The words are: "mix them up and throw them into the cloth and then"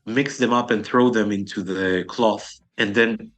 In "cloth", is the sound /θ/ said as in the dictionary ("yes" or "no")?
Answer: yes